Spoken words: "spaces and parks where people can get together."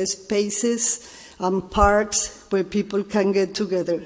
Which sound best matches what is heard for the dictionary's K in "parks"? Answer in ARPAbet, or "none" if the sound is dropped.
K